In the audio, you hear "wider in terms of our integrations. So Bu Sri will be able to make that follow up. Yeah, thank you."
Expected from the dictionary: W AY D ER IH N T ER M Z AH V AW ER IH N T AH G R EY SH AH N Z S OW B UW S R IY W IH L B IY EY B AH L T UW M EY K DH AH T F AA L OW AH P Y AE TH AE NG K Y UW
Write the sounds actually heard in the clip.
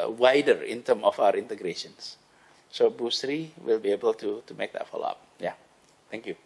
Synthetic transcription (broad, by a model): W AY D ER IH N T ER M AH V AW ER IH N T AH G R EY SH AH N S S OW B UW S R IY W IH L B IY EY B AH L T UW M EY K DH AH T F AA L OW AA P Y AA T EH NG K Y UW